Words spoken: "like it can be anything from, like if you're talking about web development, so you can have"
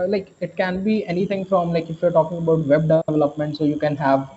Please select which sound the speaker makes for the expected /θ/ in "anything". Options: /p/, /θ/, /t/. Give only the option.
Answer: /t/